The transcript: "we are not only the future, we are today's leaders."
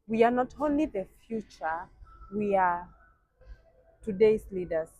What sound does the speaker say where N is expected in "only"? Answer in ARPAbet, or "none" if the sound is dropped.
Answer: N